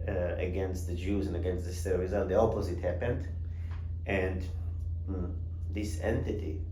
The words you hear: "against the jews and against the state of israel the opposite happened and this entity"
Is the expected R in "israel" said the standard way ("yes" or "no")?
no